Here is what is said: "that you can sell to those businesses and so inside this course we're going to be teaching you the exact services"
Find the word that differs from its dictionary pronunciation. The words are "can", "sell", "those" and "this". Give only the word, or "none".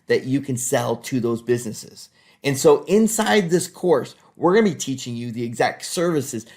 none